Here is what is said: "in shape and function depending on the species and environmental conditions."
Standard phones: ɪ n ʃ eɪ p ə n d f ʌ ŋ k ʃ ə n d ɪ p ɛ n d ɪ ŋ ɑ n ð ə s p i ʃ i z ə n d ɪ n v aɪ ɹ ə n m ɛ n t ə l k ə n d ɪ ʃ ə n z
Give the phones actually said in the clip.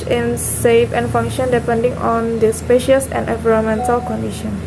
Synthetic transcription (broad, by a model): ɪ n s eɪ f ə n f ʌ ŋ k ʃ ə n d ɪ p ɛ n d ɪ ŋ ɑ n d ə s p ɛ ʃ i s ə n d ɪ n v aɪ ɹ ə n m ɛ n t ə l k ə n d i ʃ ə n